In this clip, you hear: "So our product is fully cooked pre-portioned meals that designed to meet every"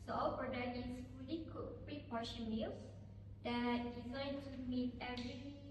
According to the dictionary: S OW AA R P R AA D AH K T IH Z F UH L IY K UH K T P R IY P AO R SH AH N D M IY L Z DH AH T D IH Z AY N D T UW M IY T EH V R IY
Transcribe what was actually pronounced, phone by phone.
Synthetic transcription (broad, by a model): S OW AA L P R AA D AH T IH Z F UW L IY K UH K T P R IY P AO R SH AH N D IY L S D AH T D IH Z AY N T UW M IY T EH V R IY